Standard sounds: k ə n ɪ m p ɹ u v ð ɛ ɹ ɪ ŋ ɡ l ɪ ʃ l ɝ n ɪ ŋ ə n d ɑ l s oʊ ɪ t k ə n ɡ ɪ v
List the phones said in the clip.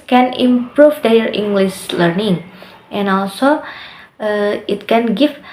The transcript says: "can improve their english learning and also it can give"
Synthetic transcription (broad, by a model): k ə n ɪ m p ɹ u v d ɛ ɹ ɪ ŋ ɡ l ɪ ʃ l ɝ n ɪ ŋ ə n ɑ l s oʊ ɪ t k ə n ɡ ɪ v